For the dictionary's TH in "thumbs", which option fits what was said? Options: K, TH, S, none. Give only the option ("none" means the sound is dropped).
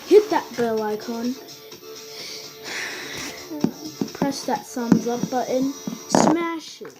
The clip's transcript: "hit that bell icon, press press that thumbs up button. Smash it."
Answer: S